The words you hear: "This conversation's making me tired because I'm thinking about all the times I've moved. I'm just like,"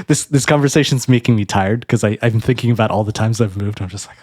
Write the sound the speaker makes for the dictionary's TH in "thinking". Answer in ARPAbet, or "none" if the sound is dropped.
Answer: TH